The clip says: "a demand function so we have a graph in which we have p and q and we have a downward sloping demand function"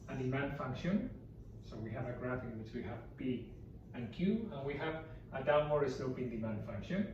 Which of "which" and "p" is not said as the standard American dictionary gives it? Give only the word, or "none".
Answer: p